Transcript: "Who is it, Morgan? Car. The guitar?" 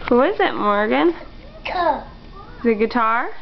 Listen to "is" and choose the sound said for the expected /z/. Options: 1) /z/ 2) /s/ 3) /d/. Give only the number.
1